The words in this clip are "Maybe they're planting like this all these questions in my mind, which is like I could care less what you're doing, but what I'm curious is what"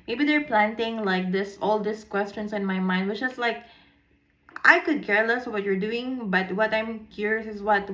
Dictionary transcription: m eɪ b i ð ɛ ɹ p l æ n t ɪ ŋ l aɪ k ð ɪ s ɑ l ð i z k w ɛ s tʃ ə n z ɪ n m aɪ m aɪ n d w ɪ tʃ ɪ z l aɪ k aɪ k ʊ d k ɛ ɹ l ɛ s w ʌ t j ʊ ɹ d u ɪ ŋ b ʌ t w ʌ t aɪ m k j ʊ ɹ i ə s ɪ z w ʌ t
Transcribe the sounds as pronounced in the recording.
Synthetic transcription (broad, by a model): m eɪ b i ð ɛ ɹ p l æ n t ɪ ŋ l aɪ k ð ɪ s ɑ l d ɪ s k w ɛ s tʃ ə n s ɪ n m aɪ m aɪ n d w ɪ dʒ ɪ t l aɪ k aɪ k ʊ d k ɛ ɹ l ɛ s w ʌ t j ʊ ɹ d u ɪ ŋ b ʌ t w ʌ t aɪ m k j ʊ ɹ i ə s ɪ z w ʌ t